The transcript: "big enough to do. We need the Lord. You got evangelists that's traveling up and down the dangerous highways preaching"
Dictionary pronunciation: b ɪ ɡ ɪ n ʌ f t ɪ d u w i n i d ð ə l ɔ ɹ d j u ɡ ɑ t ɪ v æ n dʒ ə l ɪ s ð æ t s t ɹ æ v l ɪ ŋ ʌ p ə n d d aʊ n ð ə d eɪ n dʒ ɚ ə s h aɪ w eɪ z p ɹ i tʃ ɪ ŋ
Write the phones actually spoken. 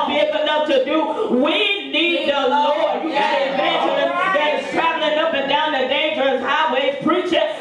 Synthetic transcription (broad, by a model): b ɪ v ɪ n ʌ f t ɪ d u w i n i d ð ə l ɔ ɹ d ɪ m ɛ ɪ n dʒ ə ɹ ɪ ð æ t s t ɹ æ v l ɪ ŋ ʌ p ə n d d aʊ n ð ə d eɪ n dʒ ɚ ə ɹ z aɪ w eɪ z p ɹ i tʃ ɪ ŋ